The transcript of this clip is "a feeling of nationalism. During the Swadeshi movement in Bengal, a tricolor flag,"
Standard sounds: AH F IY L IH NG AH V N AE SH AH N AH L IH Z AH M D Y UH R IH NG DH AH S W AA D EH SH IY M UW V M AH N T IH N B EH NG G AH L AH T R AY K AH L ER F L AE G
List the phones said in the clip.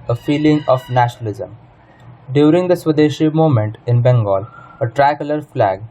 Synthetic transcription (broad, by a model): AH F IY L IH NG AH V N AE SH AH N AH L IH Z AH M D Y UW R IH NG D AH S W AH D EH SH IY M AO M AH N T IH N B EH NG G AH L AH T R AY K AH L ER F L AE G